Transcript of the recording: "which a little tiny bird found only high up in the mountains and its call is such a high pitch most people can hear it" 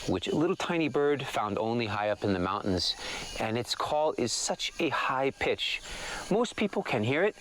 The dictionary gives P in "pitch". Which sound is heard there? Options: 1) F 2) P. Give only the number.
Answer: 2